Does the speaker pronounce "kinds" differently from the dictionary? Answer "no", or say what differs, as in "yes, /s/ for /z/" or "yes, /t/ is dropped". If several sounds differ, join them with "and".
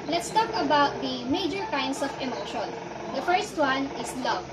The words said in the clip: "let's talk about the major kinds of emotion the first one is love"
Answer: yes, /s/ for /z/